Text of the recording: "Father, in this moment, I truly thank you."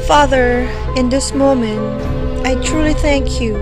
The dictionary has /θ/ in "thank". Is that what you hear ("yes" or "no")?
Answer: yes